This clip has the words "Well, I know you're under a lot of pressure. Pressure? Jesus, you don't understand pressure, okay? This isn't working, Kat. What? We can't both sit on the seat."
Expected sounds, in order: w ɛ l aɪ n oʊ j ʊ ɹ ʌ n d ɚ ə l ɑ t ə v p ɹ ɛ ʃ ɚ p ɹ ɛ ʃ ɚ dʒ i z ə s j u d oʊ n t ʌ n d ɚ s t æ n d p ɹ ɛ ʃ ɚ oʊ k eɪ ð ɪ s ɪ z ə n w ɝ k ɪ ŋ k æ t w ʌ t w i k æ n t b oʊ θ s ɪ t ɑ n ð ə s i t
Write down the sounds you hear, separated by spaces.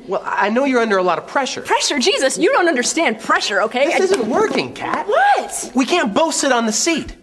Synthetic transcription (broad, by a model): w ɛ l aɪ n oʊ j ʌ ɹ ʌ n d ɚ ə l ɑ t ə v p ɹ ɛ ʃ ɚ p ɹ ɛ ʃ ɚ dʒ i z ə s j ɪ d oʊ n t ʌ n d ɚ s t æ n d p ɹ ɛ ʃ ɚ oʊ k eɪ ɪ ɪ z ə n w ɝ k ɪ ŋ k æ t w ʌ t w i k æ n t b oʊ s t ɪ t n ð ə s i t